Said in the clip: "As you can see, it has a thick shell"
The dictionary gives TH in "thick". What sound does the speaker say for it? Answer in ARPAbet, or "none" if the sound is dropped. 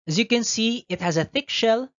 TH